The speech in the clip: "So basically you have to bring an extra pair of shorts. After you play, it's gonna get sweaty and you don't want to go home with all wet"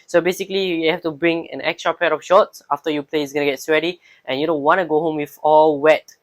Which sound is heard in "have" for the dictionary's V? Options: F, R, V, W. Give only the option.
F